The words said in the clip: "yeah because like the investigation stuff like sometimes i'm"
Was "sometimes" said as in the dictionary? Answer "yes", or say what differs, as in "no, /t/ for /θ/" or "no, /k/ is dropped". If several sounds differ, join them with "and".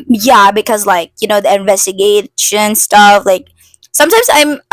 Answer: yes